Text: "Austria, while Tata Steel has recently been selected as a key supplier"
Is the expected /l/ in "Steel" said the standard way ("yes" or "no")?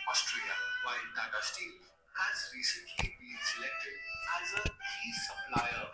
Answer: no